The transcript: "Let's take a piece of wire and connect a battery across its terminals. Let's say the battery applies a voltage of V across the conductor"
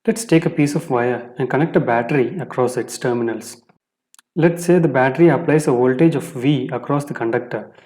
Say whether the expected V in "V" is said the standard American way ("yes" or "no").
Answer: yes